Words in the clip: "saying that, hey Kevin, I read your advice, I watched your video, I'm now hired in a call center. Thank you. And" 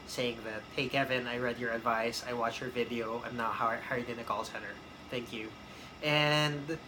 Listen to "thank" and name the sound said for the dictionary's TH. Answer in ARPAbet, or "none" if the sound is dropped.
TH